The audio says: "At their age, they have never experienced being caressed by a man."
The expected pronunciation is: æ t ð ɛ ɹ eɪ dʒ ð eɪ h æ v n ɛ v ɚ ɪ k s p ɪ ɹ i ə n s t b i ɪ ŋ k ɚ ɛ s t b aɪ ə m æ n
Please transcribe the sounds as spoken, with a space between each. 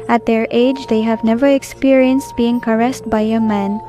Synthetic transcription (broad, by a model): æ t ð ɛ ɹ eɪ dʒ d eɪ h æ v n ɛ v ɚ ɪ k s p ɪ ɹ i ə n s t b i ɪ ŋ k ɚ ɛ s t b aɪ ə m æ n